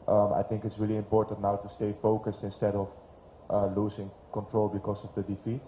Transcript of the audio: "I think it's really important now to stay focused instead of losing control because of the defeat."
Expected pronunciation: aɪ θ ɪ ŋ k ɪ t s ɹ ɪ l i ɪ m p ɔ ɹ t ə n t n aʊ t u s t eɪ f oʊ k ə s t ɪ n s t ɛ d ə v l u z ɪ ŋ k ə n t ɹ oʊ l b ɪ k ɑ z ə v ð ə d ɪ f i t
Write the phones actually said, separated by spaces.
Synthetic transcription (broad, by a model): aɪ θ ɪ ŋ k ɪ t s ɹ ɪ l i ɪ m p ɔ ɹ t ə n t n aʊ t u s t eɪ f oʊ k ə s t ɪ n s t ɛ d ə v l u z ɪ ŋ k ə n t ɹ oʊ l b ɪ k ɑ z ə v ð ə d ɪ f i t